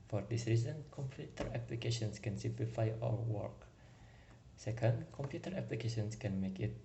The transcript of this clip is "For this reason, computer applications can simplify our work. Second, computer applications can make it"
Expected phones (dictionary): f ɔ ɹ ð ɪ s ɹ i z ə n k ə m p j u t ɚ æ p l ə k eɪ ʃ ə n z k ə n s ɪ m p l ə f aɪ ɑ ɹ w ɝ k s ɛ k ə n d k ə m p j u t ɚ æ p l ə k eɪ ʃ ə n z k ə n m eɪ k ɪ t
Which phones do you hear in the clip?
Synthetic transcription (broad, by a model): f ɔ ɹ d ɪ s ɹ i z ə n k ə m p j u t ɚ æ p l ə k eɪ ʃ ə n s k ə n s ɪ m p l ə f aɪ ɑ l w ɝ k s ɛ k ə n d k ə m p j u t ɚ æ p l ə k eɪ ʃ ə n s k ə n m eɪ k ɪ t